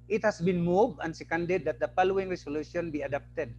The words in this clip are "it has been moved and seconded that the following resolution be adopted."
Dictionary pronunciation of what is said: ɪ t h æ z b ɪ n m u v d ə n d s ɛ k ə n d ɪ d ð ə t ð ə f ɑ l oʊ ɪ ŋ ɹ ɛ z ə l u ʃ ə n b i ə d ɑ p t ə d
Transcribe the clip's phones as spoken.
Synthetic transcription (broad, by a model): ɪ t h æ s b ɪ n m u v ə n s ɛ k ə n d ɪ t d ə t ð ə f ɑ l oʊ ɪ ŋ ɹ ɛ s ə l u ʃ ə n b i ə d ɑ p t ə d